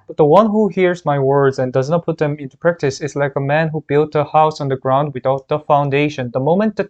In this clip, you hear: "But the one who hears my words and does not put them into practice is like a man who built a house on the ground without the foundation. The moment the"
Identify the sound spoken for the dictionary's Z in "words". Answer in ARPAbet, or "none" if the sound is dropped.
Z